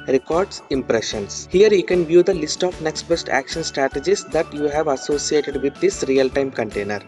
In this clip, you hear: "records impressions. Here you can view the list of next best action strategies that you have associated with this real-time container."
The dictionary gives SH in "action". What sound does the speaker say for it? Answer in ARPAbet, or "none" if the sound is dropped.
SH